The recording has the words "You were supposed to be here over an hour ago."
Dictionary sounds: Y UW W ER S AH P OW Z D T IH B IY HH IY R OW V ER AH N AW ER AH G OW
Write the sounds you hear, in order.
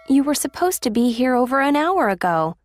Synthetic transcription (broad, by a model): Y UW W ER S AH P OW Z T IH B IY HH IY R OW V ER AH N AW ER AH G OW